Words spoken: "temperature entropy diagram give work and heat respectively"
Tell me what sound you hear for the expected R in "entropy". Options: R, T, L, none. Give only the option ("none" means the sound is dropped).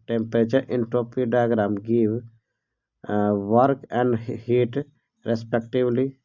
none